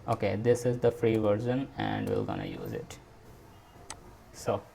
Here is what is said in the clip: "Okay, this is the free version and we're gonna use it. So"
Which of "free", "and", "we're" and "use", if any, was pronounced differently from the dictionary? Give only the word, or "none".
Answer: we're